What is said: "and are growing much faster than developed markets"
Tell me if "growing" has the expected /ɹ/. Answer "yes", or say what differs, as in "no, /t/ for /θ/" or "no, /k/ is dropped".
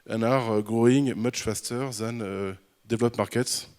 yes